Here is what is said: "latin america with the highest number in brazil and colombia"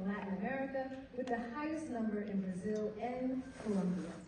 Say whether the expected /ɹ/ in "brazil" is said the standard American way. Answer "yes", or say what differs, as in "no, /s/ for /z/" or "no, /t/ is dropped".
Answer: yes